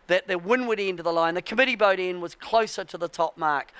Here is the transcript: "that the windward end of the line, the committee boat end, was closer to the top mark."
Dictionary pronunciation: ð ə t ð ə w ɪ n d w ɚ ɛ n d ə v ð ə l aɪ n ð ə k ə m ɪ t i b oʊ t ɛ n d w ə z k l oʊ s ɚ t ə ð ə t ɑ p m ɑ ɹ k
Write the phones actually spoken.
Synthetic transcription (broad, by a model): ð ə t ð ə w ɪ n w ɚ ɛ n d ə ð ə l aɪ n ð ə k ə m ɪ t i b oʊ t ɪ n w ə z k l oʊ s ɚ t ə ð ə t ɑ p m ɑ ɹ k